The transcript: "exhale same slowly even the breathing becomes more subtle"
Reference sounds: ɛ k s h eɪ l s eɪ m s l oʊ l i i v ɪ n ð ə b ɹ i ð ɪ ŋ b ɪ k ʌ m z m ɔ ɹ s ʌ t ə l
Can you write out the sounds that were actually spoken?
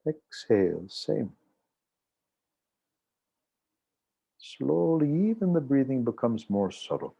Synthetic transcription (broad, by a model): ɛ k s h eɪ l s eɪ m s l oʊ l i i v ɪ n ð ə b ɹ i ð ɪ ŋ b ɪ k ʌ m z m ɔ ɹ s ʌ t l